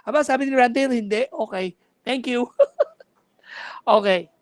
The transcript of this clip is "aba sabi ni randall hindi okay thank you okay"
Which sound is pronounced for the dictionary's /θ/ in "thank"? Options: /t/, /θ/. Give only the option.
/t/